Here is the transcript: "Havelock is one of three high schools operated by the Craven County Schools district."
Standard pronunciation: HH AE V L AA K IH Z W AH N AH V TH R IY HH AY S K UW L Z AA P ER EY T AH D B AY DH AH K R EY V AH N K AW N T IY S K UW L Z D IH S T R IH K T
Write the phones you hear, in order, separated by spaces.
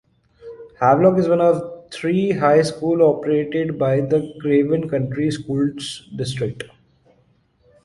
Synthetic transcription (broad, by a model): HH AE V L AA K IH Z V AH N AH V T R IY HH AY S K UW L AA P ER EY T AH D B AY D AH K R EY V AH N K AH N T IY S K UW L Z D IH S T R IH K T